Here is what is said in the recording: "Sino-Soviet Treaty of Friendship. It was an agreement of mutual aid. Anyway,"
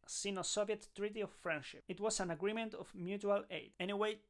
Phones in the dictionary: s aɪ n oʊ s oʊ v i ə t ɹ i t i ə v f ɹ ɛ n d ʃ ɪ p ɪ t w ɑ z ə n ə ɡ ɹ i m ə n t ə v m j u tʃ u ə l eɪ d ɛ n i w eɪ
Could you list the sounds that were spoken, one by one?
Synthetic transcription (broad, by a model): s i n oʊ s oʊ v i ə t ɹ i t i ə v f ɹ ɛ n d ʃ ɪ p ɪ t w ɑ s ə n ə ɡ ɹ i m ə n t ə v m j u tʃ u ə l eɪ d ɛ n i w eɪ